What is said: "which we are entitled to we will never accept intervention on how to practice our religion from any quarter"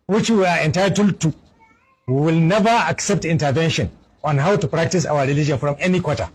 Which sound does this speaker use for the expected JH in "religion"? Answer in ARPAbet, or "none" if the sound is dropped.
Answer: JH